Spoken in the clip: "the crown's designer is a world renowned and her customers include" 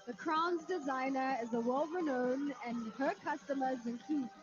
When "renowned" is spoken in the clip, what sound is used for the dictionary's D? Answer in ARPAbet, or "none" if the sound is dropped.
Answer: none